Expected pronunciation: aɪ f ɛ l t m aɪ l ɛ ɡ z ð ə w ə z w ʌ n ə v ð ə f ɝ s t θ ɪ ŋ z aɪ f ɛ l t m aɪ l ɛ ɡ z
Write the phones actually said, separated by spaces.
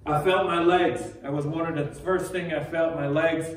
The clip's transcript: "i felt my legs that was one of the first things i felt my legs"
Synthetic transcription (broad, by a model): aɪ f ɛ l t m aɪ l ɛ ɡ z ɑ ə w ə z w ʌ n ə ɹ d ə f ɝ s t θ ɪ ŋ aɪ f ɛ l t m aɪ l ɛ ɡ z